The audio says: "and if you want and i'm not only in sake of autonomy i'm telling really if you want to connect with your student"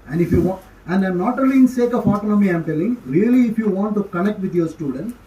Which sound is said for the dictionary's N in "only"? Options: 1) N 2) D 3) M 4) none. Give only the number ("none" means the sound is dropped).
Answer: 4